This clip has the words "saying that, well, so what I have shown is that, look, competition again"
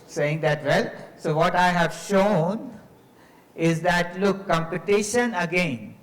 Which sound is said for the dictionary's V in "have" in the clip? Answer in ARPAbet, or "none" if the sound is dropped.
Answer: V